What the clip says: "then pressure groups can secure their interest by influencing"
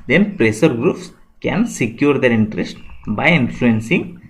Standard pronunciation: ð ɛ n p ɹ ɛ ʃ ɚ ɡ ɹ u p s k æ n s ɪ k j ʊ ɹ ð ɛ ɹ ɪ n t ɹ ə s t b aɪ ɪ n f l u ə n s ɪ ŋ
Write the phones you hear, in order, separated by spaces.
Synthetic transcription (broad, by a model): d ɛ n p ɹ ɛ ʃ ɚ ɡ ɹ u p s k æ n s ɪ k j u ɹ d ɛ ɹ ɪ n t ɹ ə s t b aɪ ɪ n f l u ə n s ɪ ŋ